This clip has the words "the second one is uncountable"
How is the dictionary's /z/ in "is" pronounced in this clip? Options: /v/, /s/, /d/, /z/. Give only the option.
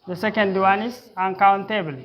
/s/